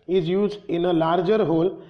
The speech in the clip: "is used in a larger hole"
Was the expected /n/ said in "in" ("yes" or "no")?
yes